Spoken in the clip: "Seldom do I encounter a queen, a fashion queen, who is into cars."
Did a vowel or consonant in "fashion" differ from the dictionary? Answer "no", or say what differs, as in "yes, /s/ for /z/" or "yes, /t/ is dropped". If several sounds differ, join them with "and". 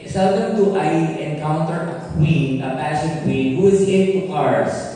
yes, /p/ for /f/